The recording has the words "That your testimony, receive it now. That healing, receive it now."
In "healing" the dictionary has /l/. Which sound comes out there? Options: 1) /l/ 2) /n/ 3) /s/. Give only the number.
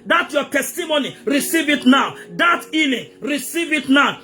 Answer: 2